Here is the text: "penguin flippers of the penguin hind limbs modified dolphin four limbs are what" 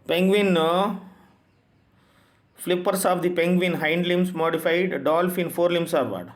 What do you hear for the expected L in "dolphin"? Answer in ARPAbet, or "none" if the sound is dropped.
L